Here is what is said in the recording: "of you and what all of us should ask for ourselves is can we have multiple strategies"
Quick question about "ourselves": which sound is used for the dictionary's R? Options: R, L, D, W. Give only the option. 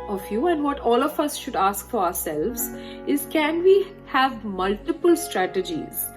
R